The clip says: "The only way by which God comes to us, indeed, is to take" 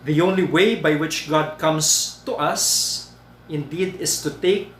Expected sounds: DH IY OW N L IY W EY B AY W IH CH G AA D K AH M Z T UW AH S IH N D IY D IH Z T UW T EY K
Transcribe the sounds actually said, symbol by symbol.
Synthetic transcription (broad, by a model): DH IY OW N L IY W EY B AY W IH CH G AA D K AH M S T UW AH S IH N D IY D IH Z T UW T EY K